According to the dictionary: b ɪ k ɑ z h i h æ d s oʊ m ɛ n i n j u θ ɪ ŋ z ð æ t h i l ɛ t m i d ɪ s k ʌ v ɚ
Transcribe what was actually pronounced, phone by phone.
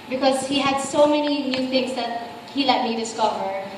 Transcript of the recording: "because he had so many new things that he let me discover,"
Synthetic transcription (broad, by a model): b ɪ k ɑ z h i h æ d s oʊ m ɛ n i n j u t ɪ ŋ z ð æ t h i l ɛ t m i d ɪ s k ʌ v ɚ